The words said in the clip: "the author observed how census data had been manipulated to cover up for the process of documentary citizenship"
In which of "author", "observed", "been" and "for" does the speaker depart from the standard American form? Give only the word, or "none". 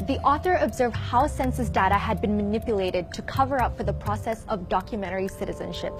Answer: none